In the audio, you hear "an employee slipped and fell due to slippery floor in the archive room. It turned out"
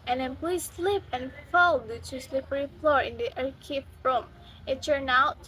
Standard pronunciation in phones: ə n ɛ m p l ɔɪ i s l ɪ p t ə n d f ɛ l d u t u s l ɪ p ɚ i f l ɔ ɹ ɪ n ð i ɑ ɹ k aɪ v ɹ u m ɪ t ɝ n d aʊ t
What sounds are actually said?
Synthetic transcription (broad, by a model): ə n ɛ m p l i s l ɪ p ə n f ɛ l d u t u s l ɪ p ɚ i f l ɔ ɹ ɪ n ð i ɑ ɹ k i f ɹ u m ɪ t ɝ n aʊ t